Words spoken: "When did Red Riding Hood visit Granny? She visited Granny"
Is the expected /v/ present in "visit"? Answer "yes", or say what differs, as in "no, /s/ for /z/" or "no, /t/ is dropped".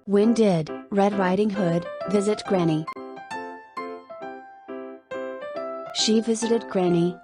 yes